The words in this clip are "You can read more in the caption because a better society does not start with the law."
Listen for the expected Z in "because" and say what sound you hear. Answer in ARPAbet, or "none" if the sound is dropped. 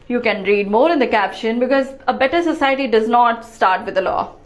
Z